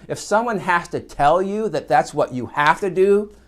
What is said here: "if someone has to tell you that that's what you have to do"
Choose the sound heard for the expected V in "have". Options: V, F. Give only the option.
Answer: F